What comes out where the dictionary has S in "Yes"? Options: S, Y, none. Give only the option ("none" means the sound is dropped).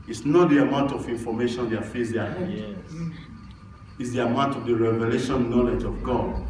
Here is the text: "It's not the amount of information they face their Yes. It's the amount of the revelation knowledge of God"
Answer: none